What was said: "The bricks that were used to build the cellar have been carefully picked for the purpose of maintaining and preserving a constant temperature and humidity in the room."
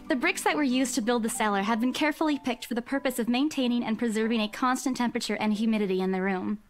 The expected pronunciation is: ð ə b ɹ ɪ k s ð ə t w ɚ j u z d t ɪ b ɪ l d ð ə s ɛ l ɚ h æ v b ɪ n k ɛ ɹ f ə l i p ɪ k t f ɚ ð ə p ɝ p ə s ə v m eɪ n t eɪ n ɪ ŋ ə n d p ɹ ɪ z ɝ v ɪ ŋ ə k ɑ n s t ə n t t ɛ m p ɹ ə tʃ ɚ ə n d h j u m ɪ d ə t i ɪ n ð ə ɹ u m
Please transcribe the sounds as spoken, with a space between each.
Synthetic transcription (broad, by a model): ð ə b ɹ ɪ k s ð ə t w ɚ j u z t ɪ b ɪ l d ð ə s ɛ l ɚ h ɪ v b ɪ n k ɛ ɹ f l i p ɪ k t f ɚ ð ə p ɝ p ə s ə v m eɪ n t eɪ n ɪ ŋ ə n p ɹ ɪ z ɝ v ɪ ŋ ə k ɑ n s t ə n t t ɛ m p ɹ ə tʃ ɚ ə n h j u m ɪ d ə t i ɪ n ð ə ɹ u m